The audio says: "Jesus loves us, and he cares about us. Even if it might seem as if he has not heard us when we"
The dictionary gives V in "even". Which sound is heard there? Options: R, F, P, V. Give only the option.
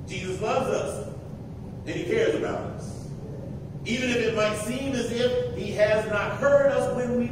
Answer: V